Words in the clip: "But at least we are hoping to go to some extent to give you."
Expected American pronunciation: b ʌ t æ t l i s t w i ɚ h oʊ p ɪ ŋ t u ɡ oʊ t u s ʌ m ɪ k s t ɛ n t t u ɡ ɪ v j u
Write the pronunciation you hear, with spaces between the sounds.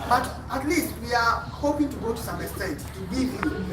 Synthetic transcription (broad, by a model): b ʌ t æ t l i s t w i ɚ h oʊ p ɪ ŋ t u ɡ oʊ t u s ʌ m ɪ s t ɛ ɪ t t u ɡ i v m